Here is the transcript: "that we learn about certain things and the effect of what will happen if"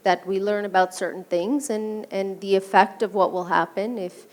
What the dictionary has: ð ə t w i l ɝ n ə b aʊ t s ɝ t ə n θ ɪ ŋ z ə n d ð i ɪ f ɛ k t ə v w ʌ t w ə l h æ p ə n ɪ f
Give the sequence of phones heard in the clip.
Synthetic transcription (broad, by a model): ð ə t w i l ɝ n ə b aʊ t s ɝ t n θ ɪ ŋ z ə n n ð i ɪ f ɛ k t ə v w ʌ t w ə l h æ p ə n ɪ f